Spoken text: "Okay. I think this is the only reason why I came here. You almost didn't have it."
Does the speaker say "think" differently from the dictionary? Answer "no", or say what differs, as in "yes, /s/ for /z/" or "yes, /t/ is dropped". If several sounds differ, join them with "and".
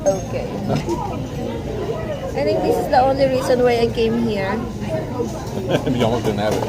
yes, /t/ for /θ/